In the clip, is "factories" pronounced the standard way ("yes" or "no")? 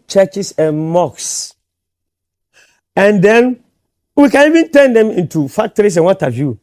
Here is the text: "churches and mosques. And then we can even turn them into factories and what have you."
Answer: no